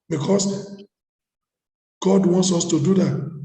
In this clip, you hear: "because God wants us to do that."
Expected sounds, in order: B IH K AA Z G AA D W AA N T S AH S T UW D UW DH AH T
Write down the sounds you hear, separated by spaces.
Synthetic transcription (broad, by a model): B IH K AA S G AA D W AA N T S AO S T UW D UW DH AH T